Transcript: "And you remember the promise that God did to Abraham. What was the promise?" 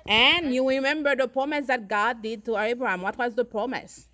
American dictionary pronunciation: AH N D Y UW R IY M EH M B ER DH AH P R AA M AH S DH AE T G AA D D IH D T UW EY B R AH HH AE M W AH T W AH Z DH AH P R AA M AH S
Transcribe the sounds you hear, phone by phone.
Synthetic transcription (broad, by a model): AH N Y UW R IY M EH M B ER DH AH P R AA M AH S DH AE T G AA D D IH D T UW EY B R AH HH AE M W AH T W AH Z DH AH P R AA M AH S